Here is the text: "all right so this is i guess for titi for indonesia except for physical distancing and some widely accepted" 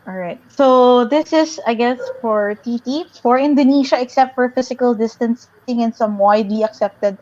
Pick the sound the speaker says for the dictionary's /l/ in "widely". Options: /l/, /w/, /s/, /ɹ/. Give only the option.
/w/